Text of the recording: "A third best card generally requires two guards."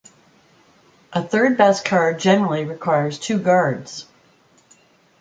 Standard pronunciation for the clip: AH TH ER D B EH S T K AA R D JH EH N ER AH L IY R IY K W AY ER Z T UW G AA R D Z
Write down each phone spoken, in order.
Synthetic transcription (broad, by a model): AH TH ER D B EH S K AA R D JH EH N ER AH L IY R IY K W AY ER Z T UW G AA R D Z